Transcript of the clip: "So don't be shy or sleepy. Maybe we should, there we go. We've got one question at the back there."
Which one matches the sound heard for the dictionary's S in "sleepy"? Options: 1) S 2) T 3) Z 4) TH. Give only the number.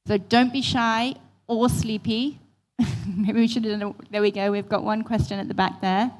1